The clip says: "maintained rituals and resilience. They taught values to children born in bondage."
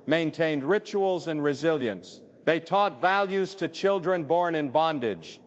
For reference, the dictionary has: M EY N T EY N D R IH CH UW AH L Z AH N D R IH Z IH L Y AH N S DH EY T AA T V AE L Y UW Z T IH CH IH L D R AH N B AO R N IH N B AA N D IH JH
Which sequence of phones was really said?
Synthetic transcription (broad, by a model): M EY N T EY N D R IH CH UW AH L Z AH N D R IH Z IH L Y AH N S DH EY T AA T V AE L Y UW Z T IH CH IH L D R AH N B AO R N IH N B AA N D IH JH